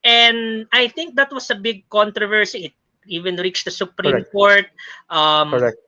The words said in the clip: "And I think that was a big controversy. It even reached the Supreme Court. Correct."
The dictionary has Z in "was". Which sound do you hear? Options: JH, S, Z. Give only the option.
S